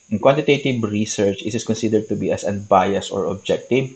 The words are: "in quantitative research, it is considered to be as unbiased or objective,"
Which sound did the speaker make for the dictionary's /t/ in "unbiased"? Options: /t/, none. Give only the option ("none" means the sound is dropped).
none